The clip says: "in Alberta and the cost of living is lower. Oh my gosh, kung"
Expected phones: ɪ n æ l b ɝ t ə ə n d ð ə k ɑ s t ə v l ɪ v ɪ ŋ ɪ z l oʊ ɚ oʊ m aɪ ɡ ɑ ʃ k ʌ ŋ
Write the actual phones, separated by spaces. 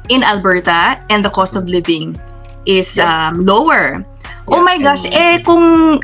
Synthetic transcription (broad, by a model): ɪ n æ l b ɝ t ə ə n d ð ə k ɑ s t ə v l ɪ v ɪ ŋ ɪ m l oʊ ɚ oʊ m aɪ ɡ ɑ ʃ k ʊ ŋ